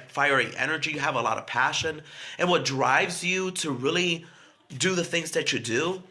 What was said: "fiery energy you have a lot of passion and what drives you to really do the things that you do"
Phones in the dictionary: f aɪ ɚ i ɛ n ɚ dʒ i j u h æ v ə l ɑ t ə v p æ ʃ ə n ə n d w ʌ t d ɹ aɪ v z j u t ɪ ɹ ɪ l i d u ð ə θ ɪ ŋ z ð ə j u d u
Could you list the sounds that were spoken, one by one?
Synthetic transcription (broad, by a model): f aɪ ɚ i ɛ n ɚ dʒ i j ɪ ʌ v ə l ɑ t ə v p æ ʃ ə n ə n w ʌ t d ɹ aɪ v z j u t ɪ ɹ ɪ l i d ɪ ð ə θ ɪ ŋ z ð ə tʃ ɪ d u